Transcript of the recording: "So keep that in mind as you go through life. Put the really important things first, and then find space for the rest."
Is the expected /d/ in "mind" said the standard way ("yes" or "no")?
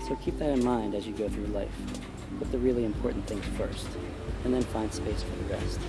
yes